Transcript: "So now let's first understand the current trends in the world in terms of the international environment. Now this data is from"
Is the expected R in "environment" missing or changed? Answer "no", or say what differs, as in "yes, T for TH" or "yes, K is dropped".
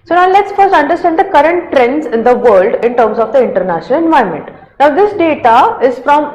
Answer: yes, R is dropped